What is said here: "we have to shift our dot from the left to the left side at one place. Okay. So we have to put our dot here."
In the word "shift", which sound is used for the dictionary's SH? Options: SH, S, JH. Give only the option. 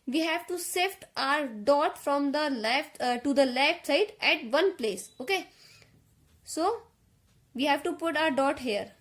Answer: S